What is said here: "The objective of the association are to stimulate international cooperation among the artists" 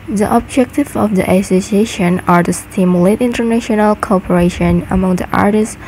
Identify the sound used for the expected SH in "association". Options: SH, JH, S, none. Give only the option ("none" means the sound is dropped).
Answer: SH